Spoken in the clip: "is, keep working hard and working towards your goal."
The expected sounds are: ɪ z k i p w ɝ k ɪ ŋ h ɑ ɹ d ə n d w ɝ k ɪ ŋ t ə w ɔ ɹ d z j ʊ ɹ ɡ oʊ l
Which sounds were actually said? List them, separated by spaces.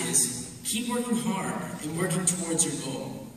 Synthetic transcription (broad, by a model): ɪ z k i p w ɝ k ɪ ŋ h ɑ ɹ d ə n w ɝ k ɪ ŋ t ə w ɔ ɹ d z j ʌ ɹ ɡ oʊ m